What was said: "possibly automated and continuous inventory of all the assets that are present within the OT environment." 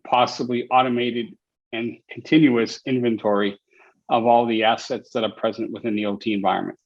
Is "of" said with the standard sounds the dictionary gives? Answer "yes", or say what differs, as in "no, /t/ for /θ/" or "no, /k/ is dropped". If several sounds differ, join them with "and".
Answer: yes